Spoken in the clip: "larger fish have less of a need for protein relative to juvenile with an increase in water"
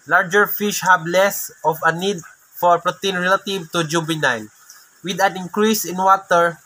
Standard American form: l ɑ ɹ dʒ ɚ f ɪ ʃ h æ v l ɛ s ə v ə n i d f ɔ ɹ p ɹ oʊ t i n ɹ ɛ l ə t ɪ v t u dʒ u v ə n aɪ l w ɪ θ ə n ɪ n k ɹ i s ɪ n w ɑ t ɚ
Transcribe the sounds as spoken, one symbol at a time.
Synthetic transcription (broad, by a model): l ɑ ɹ dʒ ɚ f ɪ ʃ h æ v l ɛ s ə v ə n i d f ɔ ɹ p ɹ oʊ t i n ɹ ɛ l ə t ɪ v t u dʒ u b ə n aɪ n w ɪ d ə n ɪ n k ɹ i s ɪ n w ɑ t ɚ